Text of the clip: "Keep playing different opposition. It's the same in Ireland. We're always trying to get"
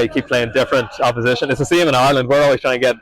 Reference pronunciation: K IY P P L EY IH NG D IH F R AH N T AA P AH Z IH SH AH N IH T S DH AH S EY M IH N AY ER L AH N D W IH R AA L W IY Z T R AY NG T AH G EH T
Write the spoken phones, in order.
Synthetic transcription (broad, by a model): K IY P P L EY IH NG D IH F R AH N T AA P AH Z IH SH AH N IH T S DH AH S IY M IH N AY ER L AH N D W IH R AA L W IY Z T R AY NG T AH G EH T